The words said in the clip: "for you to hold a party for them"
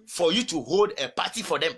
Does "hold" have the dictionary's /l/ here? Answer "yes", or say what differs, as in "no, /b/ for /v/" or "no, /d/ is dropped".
yes